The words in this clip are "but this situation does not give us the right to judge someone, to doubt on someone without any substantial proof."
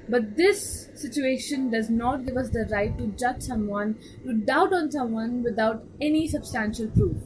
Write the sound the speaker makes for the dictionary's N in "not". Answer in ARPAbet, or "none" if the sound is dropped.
N